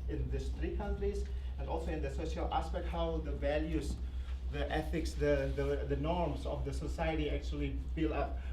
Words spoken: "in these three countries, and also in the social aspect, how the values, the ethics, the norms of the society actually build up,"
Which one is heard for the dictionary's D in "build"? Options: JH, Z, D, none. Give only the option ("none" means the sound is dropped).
none